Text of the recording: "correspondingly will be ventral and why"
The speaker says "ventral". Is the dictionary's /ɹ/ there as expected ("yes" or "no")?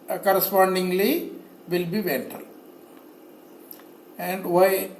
no